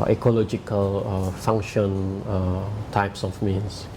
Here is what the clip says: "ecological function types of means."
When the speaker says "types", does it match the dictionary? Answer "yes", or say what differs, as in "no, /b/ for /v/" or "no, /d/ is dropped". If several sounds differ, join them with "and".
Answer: yes